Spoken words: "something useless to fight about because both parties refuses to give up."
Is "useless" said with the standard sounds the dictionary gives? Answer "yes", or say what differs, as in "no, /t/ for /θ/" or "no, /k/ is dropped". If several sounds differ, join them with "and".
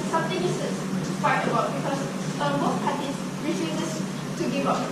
no, /l/ is dropped